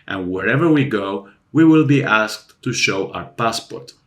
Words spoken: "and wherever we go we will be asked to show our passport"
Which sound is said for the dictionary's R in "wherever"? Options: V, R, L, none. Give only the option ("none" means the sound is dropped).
R